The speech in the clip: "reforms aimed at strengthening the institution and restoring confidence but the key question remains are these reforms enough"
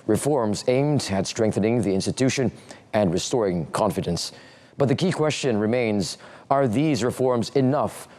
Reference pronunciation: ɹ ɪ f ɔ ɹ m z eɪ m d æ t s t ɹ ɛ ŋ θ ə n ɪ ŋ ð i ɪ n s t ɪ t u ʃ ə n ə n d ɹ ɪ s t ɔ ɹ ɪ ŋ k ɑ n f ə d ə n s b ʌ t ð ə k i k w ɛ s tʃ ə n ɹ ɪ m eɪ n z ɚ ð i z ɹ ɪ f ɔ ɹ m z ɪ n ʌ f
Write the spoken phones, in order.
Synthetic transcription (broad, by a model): ɹ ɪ f ɔ ɹ m z eɪ m d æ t s t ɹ ɛ ŋ θ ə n ɪ ŋ ð i ɪ n s t ɪ t u ʃ ə n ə n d ɹ ɪ s t ɔ ɹ ɪ ŋ k ɑ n f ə d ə n s b ʌ t ð ə k i k w ɛ s tʃ ə n ɹ ɪ m eɪ n z ɚ ð i z ɹ ɪ f ɔ ɹ m z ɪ n ʌ f